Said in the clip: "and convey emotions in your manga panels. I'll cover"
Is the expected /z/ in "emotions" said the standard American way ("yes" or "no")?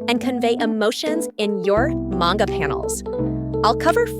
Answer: yes